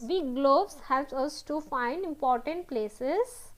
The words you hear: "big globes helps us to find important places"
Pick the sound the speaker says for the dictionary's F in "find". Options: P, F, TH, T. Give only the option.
F